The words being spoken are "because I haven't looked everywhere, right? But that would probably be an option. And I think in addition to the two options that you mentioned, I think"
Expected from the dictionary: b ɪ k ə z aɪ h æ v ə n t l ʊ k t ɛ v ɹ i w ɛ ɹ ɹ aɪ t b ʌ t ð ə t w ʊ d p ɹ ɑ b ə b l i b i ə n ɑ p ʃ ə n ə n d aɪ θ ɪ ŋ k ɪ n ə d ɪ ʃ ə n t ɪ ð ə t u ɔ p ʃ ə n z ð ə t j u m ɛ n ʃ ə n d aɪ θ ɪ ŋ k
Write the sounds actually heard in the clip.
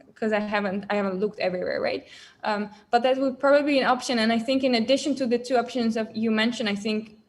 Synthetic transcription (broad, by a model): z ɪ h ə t aɪ h æ v ə n t l ʊ k t ɛ v ɹ i w ɛ ɹ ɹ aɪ t b ʌ t ð ə t w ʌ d p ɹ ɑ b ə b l i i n ɑ p ʃ ə n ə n aɪ θ ɪ ŋ k ɪ n ə d ɪ ʃ ə n t ɪ ð ə t u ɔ p ʃ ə n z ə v j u m ɛ n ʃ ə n aɪ θ ɪ ŋ k